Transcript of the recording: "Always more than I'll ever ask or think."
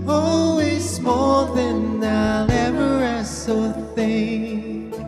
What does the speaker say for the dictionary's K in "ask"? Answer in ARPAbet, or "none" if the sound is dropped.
none